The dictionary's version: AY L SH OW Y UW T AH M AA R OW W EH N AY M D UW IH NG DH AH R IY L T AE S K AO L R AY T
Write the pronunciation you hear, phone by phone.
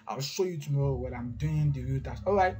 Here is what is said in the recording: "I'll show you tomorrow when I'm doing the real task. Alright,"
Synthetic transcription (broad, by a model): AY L SH OW Y UW T AH M AA R OW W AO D AY M D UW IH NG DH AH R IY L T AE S AO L R AY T